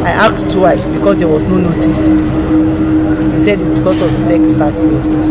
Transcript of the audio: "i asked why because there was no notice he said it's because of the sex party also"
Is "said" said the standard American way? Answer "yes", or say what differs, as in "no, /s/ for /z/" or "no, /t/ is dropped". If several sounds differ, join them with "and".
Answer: yes